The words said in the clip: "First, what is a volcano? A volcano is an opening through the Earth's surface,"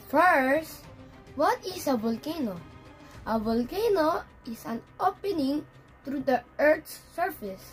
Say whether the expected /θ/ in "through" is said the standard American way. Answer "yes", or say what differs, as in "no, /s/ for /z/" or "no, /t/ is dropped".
no, /t/ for /θ/